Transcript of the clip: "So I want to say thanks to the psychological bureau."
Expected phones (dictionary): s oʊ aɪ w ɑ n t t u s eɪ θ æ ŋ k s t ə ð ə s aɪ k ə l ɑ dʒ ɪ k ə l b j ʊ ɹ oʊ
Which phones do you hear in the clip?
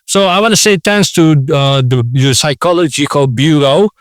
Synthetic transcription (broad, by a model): s oʊ aɪ w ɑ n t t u s eɪ t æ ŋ s t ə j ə s aɪ k ə l ɑ dʒ ɪ k ə l b j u ɹ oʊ